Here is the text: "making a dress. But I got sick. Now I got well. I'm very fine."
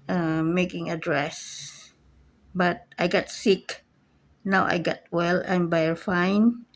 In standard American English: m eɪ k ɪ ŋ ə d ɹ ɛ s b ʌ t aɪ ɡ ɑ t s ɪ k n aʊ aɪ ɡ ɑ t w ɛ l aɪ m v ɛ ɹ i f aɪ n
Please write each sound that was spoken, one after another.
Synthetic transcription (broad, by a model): m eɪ k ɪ ŋ ə d ɹ ɛ s b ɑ t aɪ ɡ ɑ t s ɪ k n aʊ aɪ ɡ ɑ t w ɛ l aɪ m b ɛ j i f aɪ n